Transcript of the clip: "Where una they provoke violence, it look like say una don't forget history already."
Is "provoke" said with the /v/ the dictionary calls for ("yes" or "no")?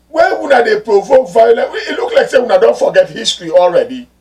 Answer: yes